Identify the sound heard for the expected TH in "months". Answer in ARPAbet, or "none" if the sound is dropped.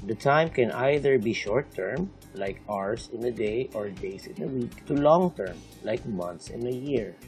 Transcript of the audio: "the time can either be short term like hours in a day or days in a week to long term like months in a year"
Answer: T